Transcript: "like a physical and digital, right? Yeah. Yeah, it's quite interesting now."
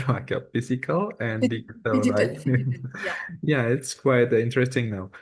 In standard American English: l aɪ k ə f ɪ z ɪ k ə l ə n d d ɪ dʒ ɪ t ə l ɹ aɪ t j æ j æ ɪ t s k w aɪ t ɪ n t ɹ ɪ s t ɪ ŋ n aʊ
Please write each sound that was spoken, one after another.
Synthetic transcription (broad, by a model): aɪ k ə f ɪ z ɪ k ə l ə n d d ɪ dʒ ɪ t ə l l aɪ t j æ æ ɪ t s k w aɪ t ɪ n t ɹ ɪ s t ɪ ŋ n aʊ